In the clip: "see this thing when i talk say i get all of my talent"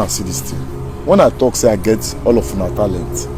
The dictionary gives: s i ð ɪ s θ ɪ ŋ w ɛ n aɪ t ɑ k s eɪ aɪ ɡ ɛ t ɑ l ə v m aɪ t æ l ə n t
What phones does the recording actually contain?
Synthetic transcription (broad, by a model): s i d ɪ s t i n w ɛ n aɪ t ɑ k s eɪ aɪ ɡ ɛ t ɑ l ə f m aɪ t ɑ l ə n t